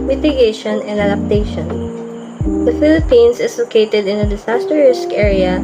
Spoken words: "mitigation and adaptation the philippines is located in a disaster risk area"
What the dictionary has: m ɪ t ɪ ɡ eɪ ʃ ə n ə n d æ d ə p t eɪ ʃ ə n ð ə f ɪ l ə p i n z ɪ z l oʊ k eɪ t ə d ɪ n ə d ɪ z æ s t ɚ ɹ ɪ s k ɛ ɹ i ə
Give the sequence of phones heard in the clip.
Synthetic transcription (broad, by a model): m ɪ t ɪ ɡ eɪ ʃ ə n ə n d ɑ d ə p t eɪ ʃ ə n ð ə f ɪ l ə p i n s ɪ s l oʊ k eɪ t ə d ɪ n ə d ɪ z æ s t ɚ ɹ ɪ s k ɛ ɹ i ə